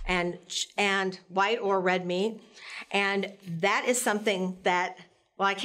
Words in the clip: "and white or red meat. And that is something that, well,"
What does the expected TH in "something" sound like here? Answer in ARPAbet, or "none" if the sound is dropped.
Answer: TH